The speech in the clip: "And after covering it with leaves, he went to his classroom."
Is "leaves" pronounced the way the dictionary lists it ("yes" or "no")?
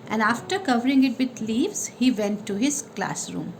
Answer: yes